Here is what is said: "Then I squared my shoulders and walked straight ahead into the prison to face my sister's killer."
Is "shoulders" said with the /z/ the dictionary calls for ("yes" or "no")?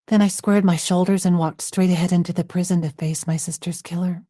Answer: yes